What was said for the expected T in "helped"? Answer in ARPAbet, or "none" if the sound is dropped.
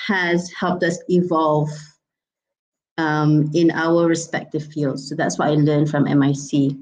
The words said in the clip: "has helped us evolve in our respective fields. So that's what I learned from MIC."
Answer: T